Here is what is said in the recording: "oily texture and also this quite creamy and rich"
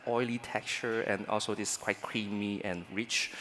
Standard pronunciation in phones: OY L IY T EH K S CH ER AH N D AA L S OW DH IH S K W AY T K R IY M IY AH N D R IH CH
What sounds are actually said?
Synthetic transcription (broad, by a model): OY L IY T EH K CH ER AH N AA L S OW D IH S K W AY T K R IY M IY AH N R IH CH